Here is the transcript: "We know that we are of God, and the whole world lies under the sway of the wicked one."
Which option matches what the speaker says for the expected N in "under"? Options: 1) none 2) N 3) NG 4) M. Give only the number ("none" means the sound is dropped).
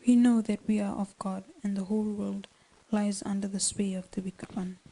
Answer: 2